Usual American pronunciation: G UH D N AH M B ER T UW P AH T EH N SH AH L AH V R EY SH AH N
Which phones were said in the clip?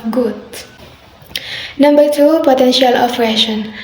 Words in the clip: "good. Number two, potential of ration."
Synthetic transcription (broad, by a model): G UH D N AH M B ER T UW P AH T EH N SH AH L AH P R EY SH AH N